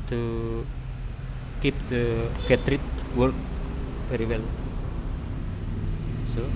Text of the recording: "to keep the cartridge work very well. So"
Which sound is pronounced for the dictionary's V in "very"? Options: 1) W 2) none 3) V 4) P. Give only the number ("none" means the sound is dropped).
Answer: 4